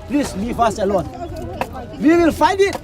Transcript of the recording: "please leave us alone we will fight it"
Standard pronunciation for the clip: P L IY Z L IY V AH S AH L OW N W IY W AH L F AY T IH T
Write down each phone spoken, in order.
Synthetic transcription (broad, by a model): P L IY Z L IY V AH S AH L OW N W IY W AH L F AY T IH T